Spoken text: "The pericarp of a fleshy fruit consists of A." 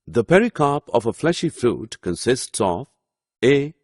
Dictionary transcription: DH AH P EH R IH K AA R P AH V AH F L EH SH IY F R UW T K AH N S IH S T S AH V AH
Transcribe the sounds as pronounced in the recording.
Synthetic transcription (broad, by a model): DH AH P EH R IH K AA P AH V AH F L EH SH IY F R UW T K AH N S IH S T S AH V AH